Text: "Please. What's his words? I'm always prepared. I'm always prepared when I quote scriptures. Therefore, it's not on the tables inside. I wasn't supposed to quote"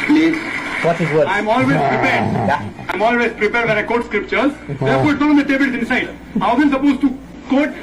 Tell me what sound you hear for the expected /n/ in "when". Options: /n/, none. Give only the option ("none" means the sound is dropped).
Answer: none